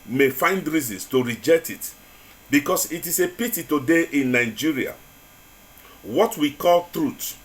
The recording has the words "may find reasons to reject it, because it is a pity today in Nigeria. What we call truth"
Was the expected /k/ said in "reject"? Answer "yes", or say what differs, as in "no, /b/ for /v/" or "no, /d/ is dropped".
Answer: yes